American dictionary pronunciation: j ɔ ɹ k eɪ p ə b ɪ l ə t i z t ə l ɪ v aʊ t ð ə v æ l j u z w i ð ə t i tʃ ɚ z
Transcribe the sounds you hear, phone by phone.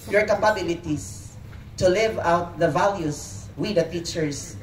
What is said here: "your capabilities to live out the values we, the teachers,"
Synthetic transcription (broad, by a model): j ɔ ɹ k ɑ p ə b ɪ l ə t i s t ə l ɪ v aʊ t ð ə v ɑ l j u s w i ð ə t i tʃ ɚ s